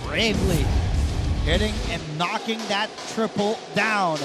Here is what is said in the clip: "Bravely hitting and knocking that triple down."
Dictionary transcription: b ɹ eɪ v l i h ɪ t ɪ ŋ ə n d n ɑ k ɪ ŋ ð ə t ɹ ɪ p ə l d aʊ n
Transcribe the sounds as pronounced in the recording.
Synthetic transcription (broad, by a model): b ɹ eɪ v l i h ɪ t ɪ ŋ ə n n ɑ k ɪ ŋ ð ə t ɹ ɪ p l d aʊ n